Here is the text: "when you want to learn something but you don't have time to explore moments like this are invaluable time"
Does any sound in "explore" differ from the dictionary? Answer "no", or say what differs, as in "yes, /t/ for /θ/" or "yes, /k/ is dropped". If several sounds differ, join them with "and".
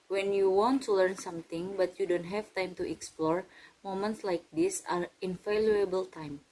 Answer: no